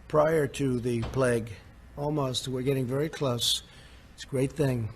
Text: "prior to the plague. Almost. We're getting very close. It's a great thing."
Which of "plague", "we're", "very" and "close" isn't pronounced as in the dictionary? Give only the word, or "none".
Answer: none